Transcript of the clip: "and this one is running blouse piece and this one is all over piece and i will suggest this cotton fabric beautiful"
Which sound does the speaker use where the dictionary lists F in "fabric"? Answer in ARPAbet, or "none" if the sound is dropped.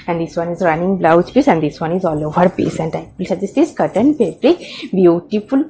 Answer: P